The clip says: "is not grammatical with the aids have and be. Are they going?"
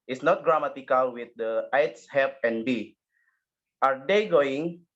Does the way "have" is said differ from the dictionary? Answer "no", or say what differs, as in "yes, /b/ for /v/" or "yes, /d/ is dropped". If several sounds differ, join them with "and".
yes, /p/ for /v/